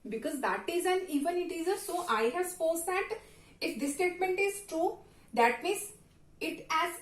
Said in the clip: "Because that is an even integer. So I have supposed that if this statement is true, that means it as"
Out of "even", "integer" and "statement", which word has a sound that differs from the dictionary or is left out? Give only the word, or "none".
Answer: integer